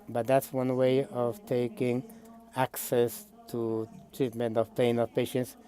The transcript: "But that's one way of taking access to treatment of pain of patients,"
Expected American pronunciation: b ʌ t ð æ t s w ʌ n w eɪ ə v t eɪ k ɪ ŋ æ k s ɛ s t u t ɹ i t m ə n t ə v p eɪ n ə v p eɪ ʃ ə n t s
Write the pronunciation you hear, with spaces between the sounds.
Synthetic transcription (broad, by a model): b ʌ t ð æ t s w ʌ n w eɪ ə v t eɪ k ɪ ŋ æ k s ɛ s t u t ɹ i t m ə n t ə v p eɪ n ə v p eɪ ʃ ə n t s